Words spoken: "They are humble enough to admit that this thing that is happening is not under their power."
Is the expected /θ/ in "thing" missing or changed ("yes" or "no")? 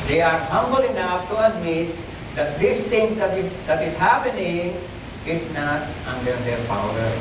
yes